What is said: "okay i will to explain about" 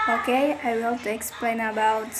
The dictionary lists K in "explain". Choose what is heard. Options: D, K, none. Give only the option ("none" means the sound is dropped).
K